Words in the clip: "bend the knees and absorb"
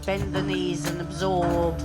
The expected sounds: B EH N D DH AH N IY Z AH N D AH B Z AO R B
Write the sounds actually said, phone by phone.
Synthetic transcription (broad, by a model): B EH N DH AH N IY Z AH N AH B Z AO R B